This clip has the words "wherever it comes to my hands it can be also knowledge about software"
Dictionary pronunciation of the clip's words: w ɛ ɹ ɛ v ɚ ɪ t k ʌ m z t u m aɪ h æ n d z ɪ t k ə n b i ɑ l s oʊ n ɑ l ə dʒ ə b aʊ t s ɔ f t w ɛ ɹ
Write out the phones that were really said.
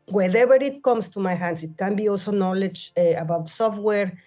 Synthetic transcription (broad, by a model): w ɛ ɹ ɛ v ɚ ɪ t k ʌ m s t u m aɪ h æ n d s ɪ t k ə n b i ɑ l s oʊ n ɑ l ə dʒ ə b aʊ t s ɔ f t w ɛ ɹ